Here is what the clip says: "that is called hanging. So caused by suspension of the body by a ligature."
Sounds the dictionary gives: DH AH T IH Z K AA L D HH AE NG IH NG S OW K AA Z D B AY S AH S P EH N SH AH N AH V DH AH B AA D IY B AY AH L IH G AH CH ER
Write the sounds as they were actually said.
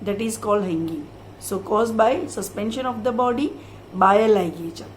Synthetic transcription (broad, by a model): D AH T IH Z K AA L D HH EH NG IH NG S OW K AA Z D B AY S AH S P EH N SH AH N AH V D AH B AA D IY B AY AH L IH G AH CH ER